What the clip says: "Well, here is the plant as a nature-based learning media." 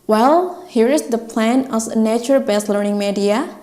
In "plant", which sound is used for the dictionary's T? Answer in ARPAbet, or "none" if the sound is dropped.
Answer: none